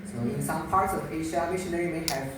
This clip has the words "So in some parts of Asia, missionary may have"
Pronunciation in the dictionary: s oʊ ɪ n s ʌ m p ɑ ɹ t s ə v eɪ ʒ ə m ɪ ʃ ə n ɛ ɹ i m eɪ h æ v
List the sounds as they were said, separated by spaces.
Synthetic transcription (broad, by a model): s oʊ ɪ n s ʌ m p ɑ ɹ t s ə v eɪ ʃ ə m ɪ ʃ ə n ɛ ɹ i m eɪ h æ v